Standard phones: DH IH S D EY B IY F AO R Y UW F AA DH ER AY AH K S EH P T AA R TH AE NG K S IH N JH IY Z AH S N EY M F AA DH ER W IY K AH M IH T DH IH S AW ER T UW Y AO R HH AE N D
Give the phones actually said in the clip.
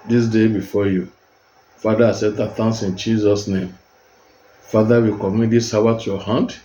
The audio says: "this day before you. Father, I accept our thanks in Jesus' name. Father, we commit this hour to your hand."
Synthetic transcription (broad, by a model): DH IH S D EY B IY F AO Y UW F AA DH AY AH S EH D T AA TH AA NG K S IH N JH IY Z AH S N EY M F AA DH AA W IY K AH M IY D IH S AW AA T UW Y AO HH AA N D